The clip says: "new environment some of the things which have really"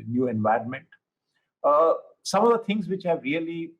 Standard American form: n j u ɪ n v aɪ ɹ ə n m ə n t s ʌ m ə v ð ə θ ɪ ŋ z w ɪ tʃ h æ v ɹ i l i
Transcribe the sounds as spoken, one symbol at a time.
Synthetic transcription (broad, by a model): n j u ɪ n v aɪ ɹ ə n m ə n t s ʌ m ə v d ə t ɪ ŋ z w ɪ tʃ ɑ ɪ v ɹ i l i